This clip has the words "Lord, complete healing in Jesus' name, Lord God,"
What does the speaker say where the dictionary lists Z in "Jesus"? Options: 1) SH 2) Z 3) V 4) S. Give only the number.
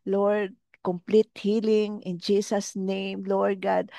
4